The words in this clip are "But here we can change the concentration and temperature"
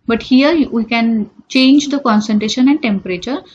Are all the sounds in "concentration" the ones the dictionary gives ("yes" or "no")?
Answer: yes